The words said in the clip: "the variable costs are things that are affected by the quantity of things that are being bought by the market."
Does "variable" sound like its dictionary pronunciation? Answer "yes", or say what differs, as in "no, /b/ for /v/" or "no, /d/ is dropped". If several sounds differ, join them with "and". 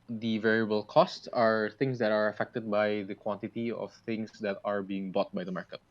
yes